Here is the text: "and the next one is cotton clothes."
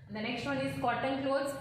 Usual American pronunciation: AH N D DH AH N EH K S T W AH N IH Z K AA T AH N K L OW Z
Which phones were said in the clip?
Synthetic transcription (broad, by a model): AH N D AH N EH K S T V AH N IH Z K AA T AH L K L OW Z